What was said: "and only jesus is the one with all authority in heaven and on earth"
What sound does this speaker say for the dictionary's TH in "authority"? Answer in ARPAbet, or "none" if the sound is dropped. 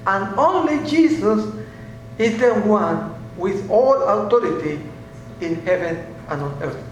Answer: T